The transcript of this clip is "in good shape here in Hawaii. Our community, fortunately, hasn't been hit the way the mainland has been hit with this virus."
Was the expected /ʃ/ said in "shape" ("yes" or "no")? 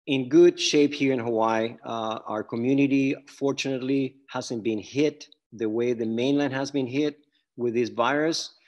yes